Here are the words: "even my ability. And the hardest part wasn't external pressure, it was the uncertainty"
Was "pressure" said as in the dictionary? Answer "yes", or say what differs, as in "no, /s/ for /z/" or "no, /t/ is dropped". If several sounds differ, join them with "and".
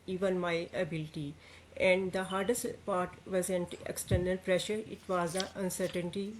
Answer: yes